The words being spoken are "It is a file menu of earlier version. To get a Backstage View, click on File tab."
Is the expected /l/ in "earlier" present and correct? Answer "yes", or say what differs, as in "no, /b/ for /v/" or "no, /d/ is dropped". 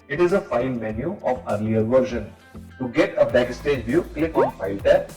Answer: no, /n/ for /l/